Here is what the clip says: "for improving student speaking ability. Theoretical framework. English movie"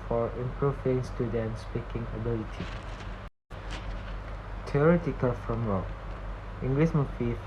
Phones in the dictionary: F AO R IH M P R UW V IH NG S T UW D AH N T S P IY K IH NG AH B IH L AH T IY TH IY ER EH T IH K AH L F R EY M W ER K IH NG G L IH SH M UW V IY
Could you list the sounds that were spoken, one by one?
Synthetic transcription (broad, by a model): F AO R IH M P R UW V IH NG S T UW D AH N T S P IY K IH NG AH B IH L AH T IY T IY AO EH T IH K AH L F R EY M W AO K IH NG G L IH S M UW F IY